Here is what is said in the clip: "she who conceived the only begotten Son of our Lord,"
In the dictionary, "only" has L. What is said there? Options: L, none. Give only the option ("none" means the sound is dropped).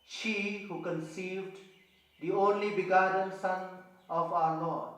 L